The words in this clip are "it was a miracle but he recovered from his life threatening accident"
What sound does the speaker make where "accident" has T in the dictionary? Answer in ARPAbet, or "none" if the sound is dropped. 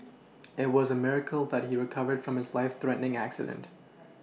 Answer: T